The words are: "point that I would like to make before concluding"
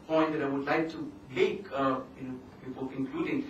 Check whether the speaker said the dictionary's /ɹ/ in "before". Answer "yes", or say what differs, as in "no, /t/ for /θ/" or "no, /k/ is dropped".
no, /l/ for /ɹ/